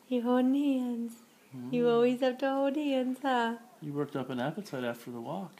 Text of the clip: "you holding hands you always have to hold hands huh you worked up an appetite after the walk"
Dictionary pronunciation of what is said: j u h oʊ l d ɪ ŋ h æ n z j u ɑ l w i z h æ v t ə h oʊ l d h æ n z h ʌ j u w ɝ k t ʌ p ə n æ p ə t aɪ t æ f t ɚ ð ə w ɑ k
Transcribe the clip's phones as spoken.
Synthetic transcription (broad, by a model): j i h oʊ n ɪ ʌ n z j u ɑ l w i z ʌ p t ə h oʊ d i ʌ n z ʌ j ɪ w ɝ k t ʌ p ə n æ p ə t aɪ t æ f t ɚ ð ə w ɑ k